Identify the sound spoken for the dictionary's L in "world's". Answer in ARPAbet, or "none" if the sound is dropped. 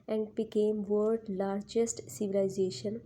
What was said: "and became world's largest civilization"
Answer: none